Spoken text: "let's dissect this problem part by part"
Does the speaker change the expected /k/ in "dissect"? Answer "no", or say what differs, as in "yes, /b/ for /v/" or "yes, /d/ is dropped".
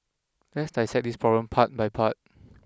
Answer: yes, /k/ is dropped